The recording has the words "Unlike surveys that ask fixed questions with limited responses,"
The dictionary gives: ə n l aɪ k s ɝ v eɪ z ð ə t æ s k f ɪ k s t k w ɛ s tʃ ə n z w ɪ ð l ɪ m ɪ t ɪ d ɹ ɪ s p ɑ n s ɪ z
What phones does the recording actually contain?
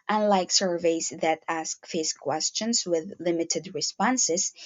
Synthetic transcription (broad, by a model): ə n l aɪ k s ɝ v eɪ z ð ə t æ s k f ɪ s k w ɛ s tʃ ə n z w ɪ ð l ɪ m ɪ t ɪ d ɹ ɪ s p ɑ n s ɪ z